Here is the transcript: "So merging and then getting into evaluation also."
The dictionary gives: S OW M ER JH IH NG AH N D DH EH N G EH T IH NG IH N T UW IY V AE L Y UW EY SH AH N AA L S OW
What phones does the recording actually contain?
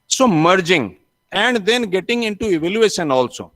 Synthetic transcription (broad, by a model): S OW M ER JH IH NG AH N D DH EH N G EH T IH NG IH N T UW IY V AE L Y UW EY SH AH N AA L S OW